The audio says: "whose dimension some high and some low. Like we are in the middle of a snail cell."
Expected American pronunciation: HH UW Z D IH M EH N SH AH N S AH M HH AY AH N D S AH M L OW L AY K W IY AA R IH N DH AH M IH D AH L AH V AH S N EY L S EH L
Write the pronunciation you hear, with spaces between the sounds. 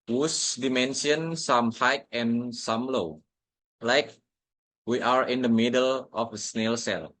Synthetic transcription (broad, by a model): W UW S D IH M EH N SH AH N S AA M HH AY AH N S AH M L OW L AY K W IY AA R IH N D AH M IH D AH L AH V AH S N EY L S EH L